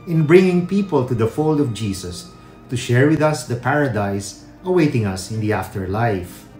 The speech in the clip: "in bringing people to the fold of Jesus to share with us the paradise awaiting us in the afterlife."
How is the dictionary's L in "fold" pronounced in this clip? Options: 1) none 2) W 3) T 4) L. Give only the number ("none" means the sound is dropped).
4